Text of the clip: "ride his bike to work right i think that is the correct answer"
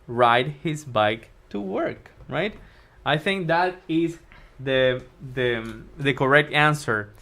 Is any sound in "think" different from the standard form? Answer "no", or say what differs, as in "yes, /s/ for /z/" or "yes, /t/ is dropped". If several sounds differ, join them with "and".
no